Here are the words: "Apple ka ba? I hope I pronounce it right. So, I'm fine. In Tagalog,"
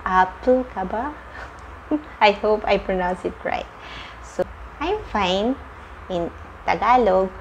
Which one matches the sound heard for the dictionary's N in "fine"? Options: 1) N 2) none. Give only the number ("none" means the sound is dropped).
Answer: 1